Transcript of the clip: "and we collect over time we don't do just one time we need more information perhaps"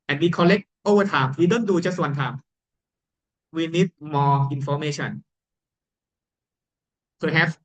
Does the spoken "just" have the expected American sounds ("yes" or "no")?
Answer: no